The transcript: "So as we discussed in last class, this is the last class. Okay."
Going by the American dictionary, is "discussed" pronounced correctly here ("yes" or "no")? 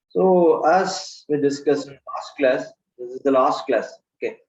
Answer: no